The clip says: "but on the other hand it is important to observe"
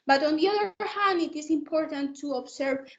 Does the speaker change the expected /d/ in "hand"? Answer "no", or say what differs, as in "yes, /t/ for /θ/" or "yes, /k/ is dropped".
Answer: yes, /d/ is dropped